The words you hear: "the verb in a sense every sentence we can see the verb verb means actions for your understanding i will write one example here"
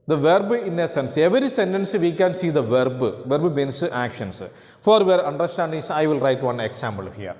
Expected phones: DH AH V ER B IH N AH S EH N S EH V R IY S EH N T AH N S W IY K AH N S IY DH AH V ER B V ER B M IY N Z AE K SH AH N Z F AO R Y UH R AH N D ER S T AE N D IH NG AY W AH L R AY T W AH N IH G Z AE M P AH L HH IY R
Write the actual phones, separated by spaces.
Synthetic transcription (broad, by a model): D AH V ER B IH N AH S EH N S EH V R IY S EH N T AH N S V IY K AH N S IY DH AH V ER B V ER B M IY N S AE K SH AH N S F AO R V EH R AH N D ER S T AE N D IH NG AY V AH L R AY T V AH N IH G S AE M B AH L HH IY R